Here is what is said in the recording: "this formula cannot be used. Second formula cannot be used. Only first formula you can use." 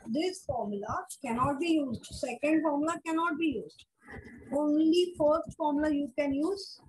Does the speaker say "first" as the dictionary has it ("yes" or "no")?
no